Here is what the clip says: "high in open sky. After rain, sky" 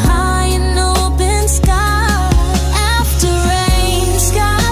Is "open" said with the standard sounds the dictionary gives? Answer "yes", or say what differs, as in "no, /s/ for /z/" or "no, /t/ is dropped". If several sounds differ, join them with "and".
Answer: no, /b/ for /p/